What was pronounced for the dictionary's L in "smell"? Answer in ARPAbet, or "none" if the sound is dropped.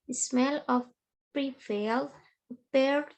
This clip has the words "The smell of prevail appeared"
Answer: L